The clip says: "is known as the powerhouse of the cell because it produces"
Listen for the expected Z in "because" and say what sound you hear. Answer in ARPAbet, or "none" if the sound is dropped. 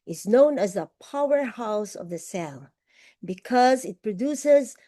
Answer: Z